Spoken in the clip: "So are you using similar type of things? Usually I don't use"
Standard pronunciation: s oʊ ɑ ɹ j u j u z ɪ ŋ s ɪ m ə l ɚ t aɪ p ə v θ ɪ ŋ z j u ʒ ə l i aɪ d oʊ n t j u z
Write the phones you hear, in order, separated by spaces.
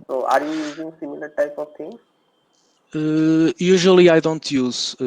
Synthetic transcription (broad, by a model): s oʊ ɑ ɹ j u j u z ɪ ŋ s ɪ m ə l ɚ t aɪ p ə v t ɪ ŋ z j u ʒ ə l i aɪ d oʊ n t j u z